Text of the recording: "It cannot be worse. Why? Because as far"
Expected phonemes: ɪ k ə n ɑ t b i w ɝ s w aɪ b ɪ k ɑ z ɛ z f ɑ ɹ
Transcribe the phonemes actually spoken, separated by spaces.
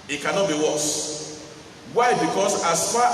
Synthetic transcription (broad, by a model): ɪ k ə n ɑ t b i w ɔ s w aɪ b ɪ k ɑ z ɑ s f ɑ